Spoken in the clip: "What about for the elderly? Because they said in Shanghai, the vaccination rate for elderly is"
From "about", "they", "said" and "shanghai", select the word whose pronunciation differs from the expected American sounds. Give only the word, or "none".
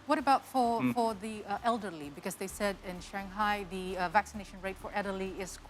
none